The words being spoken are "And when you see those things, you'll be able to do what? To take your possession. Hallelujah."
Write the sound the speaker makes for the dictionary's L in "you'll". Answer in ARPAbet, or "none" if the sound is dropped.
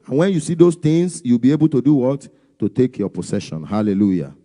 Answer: W